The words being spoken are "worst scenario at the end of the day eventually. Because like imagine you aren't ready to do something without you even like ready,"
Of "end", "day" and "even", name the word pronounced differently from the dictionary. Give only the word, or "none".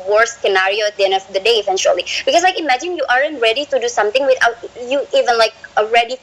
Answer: end